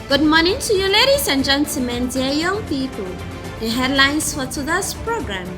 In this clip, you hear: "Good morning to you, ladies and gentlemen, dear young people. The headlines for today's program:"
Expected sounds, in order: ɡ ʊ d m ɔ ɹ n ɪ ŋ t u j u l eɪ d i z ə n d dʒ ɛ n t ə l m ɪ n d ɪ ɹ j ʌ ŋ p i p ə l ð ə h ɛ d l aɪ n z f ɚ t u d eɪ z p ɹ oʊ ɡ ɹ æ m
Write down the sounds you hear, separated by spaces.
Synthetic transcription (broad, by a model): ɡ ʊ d m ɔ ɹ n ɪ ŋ t u j u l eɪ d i s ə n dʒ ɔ n s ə m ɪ n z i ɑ j ʌ ŋ p i p ə l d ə h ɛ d l aɪ n s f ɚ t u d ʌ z p ɹ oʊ ɡ ɹ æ m